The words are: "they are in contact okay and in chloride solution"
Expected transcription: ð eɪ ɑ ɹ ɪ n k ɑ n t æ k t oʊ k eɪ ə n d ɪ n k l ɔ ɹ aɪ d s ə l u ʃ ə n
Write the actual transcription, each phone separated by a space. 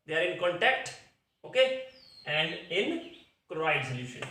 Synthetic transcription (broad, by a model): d eɪ ɑ ɹ ɪ n k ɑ n t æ k t oʊ k eɪ ə n d ɪ n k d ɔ aɪ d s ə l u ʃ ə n